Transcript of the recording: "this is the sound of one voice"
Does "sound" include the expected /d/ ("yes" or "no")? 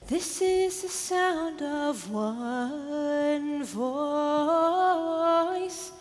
yes